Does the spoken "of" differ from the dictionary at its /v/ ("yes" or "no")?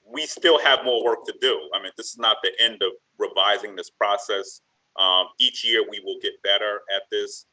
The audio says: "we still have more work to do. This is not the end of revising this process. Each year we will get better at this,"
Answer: no